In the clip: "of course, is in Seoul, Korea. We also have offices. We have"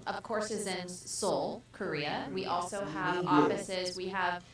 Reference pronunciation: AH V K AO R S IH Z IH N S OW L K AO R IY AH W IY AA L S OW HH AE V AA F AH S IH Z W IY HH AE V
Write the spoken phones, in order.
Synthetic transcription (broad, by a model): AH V K AO R S IH Z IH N S OW L K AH R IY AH W IY AA L S OW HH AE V AA F AH S IH Z W IY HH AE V